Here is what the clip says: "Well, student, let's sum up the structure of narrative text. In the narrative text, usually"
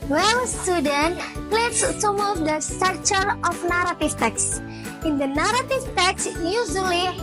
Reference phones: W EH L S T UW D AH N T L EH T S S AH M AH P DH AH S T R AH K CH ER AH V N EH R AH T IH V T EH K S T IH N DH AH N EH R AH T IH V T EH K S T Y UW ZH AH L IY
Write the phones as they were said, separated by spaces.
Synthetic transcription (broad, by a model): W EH L S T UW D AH N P L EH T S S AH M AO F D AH S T AH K CH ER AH F N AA R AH T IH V T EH K S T IH N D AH N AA R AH T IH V T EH K S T Y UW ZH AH L IY